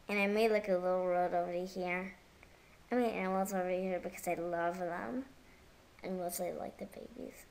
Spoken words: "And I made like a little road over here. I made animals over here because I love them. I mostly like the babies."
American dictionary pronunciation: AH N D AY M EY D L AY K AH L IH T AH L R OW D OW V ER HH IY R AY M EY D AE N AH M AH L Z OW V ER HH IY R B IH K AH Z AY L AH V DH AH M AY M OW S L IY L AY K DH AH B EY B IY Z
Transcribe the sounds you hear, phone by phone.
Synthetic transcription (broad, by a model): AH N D AY M EY D L AY K AH L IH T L R OW D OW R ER HH IY R AY M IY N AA AH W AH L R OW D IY HH IY R B IH K AH Z AY L AH V DH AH M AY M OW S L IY L AY K DH AH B EY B IY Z